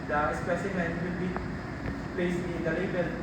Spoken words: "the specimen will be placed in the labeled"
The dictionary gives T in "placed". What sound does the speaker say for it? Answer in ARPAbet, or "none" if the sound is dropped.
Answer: none